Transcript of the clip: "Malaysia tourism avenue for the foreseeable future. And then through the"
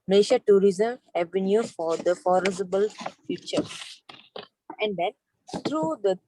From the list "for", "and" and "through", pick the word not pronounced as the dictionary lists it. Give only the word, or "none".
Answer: through